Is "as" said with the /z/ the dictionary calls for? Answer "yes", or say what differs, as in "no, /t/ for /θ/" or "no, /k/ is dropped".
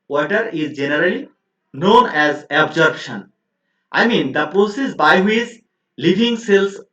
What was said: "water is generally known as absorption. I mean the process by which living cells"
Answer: yes